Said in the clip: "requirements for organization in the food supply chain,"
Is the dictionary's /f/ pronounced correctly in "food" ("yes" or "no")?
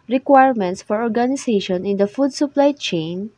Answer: yes